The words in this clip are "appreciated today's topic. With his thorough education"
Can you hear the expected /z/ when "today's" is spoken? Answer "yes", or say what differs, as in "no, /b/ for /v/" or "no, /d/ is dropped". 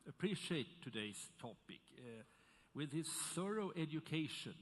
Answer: no, /s/ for /z/